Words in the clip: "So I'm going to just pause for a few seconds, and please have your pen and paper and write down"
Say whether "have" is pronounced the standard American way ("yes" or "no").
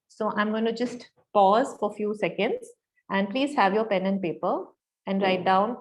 yes